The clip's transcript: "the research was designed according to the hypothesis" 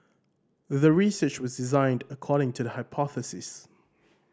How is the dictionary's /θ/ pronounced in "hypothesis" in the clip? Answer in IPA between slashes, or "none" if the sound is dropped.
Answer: /θ/